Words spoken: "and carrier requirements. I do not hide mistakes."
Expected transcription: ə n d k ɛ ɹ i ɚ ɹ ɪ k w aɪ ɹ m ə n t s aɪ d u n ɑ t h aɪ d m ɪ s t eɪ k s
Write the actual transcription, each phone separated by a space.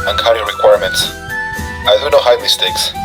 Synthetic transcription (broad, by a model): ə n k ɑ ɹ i ɹ ɪ k w aɪ ɹ m ə n t s aɪ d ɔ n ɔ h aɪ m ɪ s t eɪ k s